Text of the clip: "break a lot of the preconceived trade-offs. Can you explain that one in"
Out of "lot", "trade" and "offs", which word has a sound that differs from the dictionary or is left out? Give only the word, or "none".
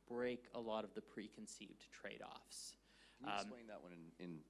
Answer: none